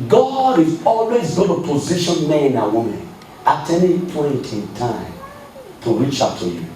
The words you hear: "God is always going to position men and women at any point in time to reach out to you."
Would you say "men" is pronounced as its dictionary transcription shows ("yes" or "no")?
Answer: no